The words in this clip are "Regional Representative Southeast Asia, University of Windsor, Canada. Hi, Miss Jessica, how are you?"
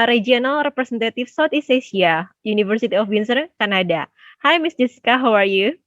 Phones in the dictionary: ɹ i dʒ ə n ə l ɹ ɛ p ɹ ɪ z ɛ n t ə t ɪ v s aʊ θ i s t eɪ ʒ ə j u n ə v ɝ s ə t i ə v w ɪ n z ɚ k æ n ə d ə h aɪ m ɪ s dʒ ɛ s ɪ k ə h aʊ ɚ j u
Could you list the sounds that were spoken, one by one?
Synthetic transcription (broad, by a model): ɹ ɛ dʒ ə n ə l ɹ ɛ p ɹ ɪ s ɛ n t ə t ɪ f s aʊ t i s eɪ s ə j u n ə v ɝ s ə t i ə f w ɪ n s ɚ k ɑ n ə d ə h aɪ m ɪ s dʒ ɛ s ɪ k ə h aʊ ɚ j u